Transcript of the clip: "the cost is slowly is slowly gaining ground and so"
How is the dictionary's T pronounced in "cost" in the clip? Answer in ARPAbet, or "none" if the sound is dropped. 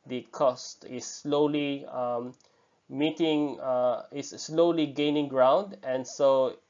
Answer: T